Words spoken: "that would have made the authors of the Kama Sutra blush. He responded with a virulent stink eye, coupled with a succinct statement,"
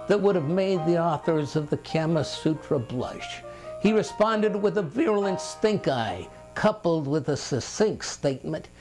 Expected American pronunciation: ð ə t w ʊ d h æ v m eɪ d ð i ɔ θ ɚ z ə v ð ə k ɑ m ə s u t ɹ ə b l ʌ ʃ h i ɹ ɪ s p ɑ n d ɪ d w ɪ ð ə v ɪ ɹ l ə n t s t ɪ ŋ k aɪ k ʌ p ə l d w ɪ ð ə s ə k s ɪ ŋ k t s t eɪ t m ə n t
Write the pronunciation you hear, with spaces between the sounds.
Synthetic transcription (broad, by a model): ð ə t w ʊ d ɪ v m eɪ d ð i ɔ θ ɚ z ə v ð ə k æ m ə s u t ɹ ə b l ʌ ʃ h i ɹ ɪ s p ɑ n d ɪ d w ɪ ð ə v ɪ ɹ l ə n t s t ɪ ŋ k aɪ k ʌ p l d w ɪ ð ə s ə s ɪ ŋ k s t eɪ t m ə n t